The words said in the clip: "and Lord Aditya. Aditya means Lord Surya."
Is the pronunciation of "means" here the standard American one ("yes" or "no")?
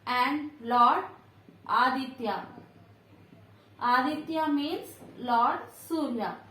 no